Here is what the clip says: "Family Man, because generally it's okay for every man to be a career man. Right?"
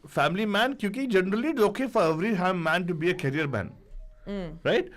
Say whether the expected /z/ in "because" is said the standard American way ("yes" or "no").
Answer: no